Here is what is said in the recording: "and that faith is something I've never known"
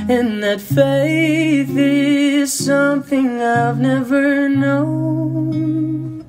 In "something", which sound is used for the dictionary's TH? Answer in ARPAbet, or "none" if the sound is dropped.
TH